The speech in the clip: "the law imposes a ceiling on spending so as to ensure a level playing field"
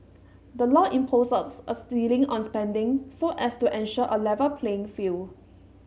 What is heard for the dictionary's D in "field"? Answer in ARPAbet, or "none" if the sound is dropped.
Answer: none